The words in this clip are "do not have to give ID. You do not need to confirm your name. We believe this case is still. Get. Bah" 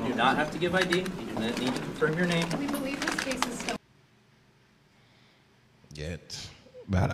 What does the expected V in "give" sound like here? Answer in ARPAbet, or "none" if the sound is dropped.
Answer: V